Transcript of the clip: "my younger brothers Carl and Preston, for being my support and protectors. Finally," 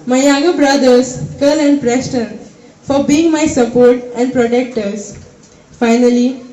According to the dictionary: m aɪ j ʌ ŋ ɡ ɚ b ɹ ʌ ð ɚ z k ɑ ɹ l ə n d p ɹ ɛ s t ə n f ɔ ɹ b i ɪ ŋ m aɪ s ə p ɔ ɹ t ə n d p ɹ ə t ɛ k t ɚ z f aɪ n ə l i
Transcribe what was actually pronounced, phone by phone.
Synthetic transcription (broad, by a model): m aɪ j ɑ ɡ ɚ b ɹ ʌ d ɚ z k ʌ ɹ l ə n d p ɹ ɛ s t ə n f ɔ ɹ b i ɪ ŋ m aɪ s ə p ɔ ɹ t ə n d p ɹ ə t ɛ k t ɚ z f aɪ n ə l i